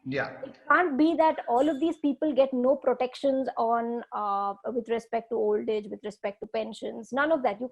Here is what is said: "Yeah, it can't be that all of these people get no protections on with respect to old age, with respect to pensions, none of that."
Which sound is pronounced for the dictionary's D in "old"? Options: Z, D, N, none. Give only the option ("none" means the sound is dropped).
D